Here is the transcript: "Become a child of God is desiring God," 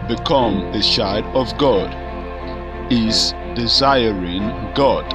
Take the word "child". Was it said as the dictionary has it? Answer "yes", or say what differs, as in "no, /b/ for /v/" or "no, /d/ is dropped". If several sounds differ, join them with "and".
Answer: no, /ʃ/ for /tʃ/ and /l/ is dropped